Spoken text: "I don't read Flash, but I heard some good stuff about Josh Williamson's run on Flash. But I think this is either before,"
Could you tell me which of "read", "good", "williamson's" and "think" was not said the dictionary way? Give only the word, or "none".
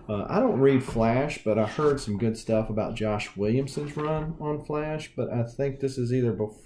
none